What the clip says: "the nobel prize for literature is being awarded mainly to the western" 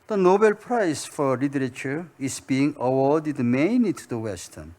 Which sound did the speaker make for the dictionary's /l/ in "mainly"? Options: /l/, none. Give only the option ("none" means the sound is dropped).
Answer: none